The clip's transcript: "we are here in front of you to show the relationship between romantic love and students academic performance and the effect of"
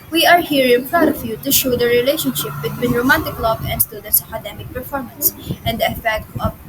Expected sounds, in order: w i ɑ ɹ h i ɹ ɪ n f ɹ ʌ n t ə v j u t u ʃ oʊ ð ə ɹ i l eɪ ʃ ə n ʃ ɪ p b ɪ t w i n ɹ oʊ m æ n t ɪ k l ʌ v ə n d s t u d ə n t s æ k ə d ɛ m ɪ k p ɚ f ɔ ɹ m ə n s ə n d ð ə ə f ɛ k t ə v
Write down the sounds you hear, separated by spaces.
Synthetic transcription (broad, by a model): w i ɑ ɹ h i ɹ ɪ n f ɹ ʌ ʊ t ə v j u t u ʃ oʊ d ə ɹ i l eɪ ʃ ə n ʃ ɪ p b ɪ t w i n ɹ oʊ m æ n t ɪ k l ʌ b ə n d s t u d ə n t s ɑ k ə d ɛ m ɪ k p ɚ f ɔ ɹ m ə n s ə n d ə ə f ɛ k t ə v